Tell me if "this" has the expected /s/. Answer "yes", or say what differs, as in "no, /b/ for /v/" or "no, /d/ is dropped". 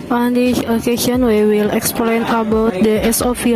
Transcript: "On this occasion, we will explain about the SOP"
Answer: no, /s/ is dropped